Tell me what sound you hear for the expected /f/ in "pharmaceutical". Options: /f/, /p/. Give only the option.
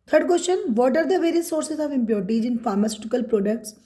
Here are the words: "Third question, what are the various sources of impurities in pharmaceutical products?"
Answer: /f/